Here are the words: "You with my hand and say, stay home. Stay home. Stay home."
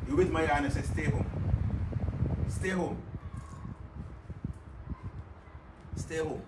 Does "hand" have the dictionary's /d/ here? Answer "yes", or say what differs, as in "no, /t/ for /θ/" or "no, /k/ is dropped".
no, /d/ is dropped